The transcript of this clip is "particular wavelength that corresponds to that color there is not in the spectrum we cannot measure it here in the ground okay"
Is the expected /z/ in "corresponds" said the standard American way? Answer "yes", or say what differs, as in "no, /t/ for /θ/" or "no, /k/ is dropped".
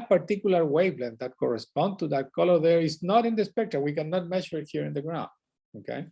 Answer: no, /z/ is dropped